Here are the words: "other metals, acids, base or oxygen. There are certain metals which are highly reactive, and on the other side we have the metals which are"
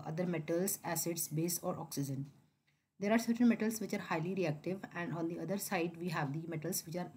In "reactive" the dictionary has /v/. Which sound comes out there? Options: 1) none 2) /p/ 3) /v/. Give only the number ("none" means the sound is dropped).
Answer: 3